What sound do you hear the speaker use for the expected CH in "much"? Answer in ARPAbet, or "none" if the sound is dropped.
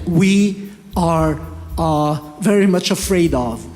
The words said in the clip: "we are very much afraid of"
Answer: CH